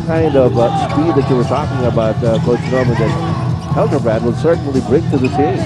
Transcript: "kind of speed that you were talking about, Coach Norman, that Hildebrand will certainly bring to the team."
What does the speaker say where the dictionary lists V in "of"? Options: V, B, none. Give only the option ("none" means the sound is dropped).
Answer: V